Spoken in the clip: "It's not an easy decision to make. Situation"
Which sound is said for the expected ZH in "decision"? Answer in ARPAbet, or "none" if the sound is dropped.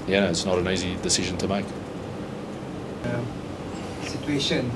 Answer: ZH